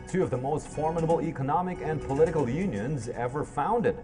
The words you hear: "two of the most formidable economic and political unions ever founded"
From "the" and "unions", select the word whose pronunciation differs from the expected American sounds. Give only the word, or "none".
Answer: none